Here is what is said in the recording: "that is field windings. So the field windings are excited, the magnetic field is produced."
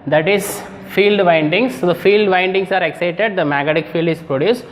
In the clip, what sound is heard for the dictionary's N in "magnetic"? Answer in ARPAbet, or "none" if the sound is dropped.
none